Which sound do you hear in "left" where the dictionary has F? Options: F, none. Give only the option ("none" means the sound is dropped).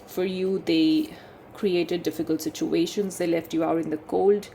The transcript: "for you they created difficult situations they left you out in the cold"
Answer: F